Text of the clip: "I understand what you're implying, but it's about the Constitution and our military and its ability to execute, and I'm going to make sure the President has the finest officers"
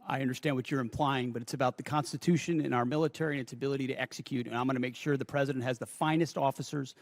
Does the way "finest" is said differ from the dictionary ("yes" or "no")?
no